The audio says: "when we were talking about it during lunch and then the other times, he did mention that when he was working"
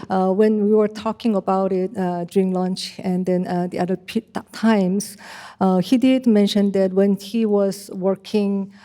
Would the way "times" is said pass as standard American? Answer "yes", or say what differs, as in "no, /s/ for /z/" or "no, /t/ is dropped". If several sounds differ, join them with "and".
no, /s/ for /z/